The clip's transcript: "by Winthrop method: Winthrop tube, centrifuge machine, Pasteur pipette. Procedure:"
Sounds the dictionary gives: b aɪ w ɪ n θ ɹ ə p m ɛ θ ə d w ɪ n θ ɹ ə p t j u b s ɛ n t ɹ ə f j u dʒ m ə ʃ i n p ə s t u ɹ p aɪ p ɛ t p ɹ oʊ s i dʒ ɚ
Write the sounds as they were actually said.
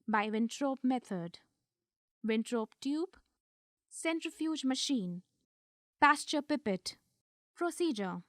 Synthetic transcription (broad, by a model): b aɪ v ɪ n t ɹ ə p m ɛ t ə d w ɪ n t ɹ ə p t j u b s ɛ n t ɹ ə f j u dʒ m ə ʃ i n p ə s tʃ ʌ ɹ p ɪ p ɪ t p ɹ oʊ s i dʒ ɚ